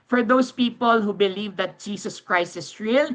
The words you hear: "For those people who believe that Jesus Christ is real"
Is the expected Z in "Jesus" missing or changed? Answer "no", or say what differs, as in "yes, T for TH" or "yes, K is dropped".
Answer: yes, S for Z